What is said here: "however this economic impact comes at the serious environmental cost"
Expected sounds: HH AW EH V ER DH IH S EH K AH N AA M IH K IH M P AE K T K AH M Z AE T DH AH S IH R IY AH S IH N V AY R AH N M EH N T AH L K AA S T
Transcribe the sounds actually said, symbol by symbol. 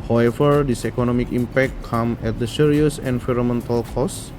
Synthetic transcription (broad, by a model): HH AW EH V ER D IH S EH K AH N AA M IH K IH M P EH K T K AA M EH T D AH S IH R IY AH S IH N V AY R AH M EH N T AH L K AA S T